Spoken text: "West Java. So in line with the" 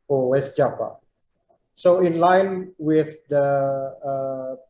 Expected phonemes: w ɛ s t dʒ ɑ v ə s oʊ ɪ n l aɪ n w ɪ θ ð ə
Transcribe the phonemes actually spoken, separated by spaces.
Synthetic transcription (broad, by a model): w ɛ s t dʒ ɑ p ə s oʊ ɪ n l aɪ n w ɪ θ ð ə